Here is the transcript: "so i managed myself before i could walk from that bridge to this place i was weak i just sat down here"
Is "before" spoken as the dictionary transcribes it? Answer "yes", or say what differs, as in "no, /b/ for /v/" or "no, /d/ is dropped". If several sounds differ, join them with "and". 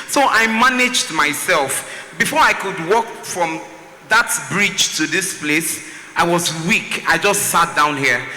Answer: yes